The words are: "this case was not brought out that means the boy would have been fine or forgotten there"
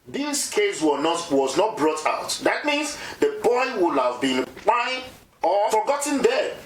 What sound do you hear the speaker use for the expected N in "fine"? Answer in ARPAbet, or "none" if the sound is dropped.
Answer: none